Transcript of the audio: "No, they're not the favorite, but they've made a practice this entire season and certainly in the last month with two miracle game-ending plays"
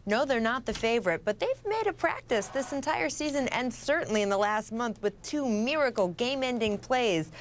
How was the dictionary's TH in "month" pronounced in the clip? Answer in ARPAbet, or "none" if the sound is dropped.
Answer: TH